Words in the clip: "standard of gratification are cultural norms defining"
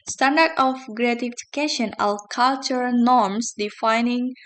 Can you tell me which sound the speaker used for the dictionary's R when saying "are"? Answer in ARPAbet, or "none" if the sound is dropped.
L